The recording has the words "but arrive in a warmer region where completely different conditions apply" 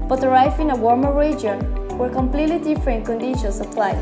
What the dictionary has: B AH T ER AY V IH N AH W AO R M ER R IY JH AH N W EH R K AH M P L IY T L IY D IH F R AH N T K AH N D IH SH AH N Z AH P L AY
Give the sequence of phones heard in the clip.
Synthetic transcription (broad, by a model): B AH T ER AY F IH N AH W AO R M ER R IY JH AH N W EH R K AH M P L IY T L IY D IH F R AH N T K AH N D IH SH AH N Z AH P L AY